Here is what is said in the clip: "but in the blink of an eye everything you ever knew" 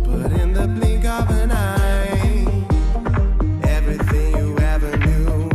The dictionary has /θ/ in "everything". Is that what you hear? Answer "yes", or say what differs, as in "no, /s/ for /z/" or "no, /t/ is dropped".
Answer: yes